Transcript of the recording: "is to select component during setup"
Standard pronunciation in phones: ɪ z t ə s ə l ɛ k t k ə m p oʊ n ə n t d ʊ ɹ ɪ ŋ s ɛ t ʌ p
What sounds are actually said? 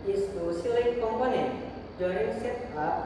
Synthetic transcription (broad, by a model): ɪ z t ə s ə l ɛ t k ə m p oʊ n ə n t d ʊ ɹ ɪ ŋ s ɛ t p